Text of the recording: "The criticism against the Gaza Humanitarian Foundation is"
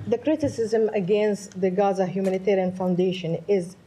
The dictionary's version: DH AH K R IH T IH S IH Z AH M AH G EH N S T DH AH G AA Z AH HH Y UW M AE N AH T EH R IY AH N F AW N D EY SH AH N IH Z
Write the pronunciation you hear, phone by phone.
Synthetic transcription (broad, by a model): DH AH K R IH T IH S IH Z AH M AH G EH N S T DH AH G AA Z AH HH Y UW M AE N AH T EH R IY AH N F AW N D EY SH AH N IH Z